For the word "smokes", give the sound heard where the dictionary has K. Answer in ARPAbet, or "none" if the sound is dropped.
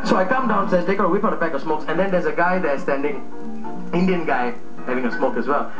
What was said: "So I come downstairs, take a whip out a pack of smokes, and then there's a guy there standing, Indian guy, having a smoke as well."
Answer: K